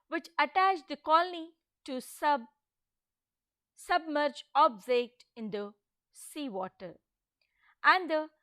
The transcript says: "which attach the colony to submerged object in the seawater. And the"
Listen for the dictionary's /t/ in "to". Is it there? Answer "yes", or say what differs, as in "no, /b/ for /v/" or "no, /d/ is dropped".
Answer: no, /s/ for /t/